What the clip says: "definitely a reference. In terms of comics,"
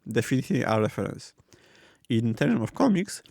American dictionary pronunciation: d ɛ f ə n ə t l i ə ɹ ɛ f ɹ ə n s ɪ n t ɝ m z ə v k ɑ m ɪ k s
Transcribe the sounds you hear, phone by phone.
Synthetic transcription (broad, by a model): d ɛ f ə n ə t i ə ɹ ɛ f ɹ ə n s ɪ n t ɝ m ə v k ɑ m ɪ k s